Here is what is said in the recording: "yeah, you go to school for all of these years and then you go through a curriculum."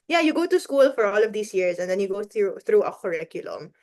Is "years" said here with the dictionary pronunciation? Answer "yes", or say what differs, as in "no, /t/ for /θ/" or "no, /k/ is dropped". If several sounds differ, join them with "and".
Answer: no, /s/ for /z/